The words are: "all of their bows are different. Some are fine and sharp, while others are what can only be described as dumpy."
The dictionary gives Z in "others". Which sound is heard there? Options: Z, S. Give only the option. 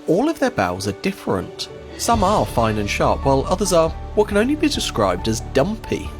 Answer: Z